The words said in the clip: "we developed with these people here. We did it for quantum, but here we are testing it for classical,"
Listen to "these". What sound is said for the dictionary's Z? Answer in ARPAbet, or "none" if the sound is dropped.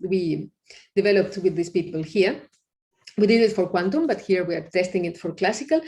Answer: S